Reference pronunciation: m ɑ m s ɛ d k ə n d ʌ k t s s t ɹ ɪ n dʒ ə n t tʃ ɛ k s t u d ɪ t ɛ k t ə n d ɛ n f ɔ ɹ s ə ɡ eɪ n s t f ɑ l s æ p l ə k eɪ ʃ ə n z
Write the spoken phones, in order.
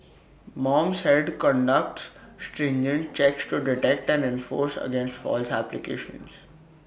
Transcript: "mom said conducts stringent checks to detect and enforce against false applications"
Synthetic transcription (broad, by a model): m ɑ m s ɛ d k ə n d ʌ k t s s t ɹ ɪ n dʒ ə n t tʃ ɛ k s t u d ɪ t ɛ k t ə n d ɛ n f ɔ ɹ s ə ɡ eɪ n s t f ɑ l s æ p l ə k eɪ ʃ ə n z